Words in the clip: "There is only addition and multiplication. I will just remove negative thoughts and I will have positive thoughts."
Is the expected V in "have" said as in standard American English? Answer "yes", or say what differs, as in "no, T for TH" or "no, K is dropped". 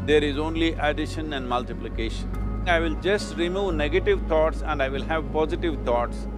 yes